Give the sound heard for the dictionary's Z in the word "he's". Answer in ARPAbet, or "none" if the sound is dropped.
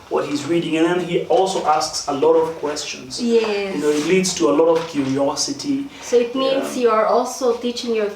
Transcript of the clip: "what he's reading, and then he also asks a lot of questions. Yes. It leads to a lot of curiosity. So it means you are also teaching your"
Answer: Z